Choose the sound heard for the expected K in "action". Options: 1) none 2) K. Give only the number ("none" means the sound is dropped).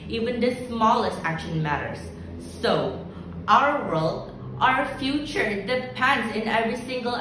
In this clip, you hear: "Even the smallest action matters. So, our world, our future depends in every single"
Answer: 2